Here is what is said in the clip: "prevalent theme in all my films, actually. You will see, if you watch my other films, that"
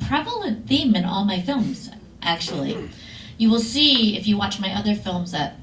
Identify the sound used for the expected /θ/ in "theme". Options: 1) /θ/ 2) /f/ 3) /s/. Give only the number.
1